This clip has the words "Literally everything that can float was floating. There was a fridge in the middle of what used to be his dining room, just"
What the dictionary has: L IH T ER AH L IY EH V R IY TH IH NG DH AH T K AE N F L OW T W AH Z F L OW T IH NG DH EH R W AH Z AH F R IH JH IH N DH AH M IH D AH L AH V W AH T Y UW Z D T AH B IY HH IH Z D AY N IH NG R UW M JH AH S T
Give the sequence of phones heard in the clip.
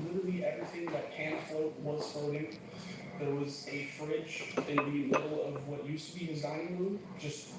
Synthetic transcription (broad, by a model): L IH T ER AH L IY EH V R IY TH IH NG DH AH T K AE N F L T W AH Z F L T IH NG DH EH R W AH Z AH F R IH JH IH N DH AH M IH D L AH V W AH T Y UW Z T AH B IY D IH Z AY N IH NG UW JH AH S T